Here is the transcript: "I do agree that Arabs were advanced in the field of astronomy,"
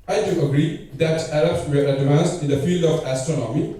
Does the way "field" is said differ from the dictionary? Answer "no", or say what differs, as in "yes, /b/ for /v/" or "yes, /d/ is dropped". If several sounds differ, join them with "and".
no